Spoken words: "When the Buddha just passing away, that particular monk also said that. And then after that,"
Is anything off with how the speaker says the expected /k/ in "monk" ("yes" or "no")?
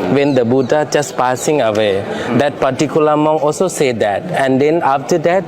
yes